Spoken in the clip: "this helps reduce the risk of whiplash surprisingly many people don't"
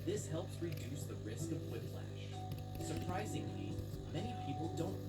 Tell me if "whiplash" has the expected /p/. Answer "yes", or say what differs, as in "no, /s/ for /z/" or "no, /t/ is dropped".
no, /f/ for /p/